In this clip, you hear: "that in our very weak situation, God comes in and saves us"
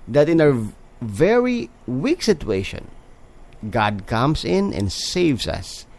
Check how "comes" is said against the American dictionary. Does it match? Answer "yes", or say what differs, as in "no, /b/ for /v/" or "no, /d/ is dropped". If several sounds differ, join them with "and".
no, /s/ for /z/